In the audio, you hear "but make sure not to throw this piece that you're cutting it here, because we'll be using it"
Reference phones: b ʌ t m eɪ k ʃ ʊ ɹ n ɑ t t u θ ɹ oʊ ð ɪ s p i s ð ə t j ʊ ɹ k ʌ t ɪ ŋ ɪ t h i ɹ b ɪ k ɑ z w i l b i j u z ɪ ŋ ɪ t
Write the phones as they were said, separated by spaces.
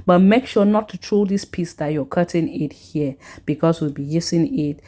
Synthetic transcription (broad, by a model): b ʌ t m eɪ k ʃ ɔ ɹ n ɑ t t u t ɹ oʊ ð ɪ s p i s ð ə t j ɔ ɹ k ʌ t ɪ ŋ ɪ t h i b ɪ k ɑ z w i l b i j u s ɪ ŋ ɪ t